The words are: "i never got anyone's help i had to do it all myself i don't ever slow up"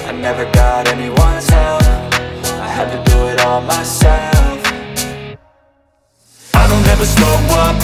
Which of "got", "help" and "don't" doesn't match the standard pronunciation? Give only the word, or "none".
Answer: help